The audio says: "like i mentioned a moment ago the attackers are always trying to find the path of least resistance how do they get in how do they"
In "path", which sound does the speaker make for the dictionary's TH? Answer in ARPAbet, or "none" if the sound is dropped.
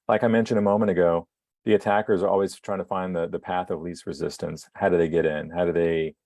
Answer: TH